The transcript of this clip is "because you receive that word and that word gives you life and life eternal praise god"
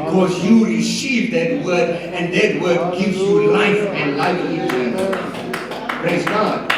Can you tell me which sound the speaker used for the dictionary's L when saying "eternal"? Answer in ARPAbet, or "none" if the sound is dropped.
N